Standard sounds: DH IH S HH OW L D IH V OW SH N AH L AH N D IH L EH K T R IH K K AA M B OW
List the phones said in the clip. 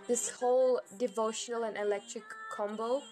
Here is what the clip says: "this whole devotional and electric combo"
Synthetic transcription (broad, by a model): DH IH S HH OW L D IH V OW SH N AH L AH N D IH L EH K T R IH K K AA M B OW